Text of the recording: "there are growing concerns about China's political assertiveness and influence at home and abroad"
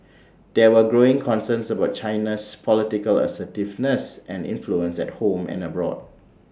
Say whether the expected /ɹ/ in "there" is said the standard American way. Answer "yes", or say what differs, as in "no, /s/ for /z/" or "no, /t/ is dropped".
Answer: no, /w/ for /ɹ/